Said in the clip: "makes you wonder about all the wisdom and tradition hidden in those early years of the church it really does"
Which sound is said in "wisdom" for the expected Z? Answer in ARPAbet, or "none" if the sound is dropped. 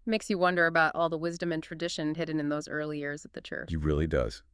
Z